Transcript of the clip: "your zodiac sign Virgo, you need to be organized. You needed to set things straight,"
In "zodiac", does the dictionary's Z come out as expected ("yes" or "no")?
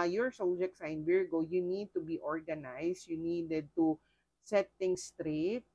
no